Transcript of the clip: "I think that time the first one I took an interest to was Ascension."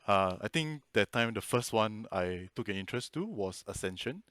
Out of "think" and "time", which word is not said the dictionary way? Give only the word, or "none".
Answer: think